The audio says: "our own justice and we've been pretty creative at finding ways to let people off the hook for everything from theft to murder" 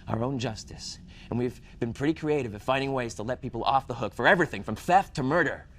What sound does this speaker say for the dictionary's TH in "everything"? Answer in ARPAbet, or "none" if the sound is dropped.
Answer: TH